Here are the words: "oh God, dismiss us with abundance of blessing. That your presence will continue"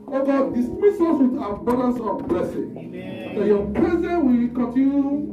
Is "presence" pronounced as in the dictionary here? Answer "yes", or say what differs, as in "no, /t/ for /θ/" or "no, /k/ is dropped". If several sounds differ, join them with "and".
no, /s/ is dropped